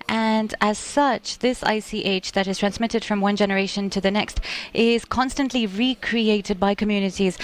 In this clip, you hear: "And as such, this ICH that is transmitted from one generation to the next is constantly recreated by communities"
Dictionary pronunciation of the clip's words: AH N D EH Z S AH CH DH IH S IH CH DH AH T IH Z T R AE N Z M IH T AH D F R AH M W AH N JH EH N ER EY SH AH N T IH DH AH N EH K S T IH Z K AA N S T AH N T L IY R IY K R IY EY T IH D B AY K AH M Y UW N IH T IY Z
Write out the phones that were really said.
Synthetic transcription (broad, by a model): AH N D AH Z S AH CH DH IH S IH CH DH AH T IH Z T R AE N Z M IH T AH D F R AH M W AH N JH EH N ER EY SH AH N T IH DH AH N EH K S T IH Z K AA N S T AH N T L IY R IY K R IY EY T IH D B AY K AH M Y UW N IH T IY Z